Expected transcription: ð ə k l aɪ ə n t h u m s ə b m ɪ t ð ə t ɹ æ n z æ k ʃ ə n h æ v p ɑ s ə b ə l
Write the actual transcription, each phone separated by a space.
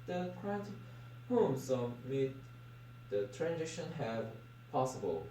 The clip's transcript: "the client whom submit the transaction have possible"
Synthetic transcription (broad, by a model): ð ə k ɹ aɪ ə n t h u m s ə m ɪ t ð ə t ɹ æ n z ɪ ʃ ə n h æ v p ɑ s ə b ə l